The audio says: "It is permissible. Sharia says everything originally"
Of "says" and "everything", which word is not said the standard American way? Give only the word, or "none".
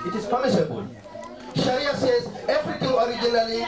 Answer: everything